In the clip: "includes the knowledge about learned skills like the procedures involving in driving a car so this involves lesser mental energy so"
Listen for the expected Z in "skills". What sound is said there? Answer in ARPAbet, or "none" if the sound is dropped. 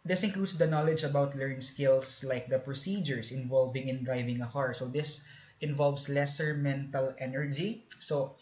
S